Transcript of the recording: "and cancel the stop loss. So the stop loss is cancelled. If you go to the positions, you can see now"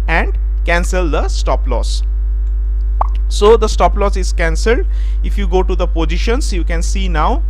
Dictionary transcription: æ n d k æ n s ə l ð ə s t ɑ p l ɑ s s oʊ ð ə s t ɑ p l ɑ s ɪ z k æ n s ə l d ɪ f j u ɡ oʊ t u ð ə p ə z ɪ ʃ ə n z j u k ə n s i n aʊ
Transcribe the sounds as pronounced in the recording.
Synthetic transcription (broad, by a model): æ n d k æ n s ə l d ə s t ɑ p l ɑ s s oʊ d ə s t ɑ p l ɑ s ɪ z k æ n s ə l d ɪ f j u ɡ oʊ t u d ə p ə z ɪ ʃ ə n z j u k ə n s i n aʊ